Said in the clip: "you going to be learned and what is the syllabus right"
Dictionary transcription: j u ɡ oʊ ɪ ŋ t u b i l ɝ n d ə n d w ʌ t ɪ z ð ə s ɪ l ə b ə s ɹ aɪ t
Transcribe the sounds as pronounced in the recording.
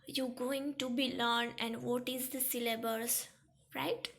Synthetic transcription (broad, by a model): j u ɡ oʊ ɪ ŋ t u b i l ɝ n ə n d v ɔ t ɪ z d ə s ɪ l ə b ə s ɹ aɪ t